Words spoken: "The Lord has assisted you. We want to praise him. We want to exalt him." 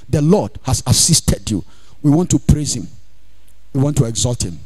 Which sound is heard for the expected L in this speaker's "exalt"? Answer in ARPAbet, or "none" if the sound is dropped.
L